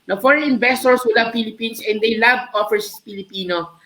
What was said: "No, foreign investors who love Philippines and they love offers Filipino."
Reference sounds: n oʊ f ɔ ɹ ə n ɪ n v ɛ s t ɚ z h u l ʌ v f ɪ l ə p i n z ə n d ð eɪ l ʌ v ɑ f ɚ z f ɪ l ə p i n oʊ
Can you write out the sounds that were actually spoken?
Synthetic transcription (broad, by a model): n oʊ f ɔ ɹ ə n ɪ n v ɛ s t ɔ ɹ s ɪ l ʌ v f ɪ l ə p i n s ə n d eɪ l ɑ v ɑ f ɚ s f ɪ l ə p i n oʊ